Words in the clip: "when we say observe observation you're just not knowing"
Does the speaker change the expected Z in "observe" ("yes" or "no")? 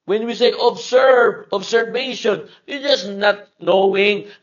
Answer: yes